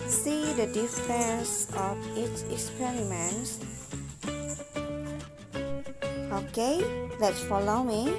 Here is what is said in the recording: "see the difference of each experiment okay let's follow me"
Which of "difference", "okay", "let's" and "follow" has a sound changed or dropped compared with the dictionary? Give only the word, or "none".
difference